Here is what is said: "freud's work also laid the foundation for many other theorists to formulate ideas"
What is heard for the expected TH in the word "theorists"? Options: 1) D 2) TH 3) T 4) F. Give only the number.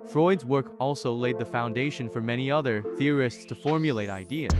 2